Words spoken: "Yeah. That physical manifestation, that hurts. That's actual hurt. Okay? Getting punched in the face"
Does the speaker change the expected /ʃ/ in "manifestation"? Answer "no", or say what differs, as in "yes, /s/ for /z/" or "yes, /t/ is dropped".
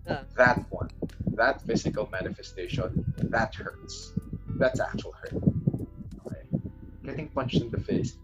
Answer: no